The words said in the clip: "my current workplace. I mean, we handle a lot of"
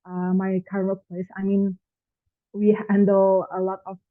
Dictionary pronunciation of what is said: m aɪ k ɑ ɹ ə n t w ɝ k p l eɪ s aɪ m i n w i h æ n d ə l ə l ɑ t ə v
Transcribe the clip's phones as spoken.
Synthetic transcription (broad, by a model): m aɪ k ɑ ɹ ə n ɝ p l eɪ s aɪ m i n w i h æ n d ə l ə l ɑ t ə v